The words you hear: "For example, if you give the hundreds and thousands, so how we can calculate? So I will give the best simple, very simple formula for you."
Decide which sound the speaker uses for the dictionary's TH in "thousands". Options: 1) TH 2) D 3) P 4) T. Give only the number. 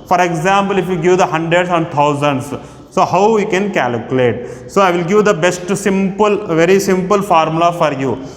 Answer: 4